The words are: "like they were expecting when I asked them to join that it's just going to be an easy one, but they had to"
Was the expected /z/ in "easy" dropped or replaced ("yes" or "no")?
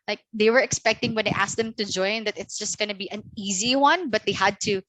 no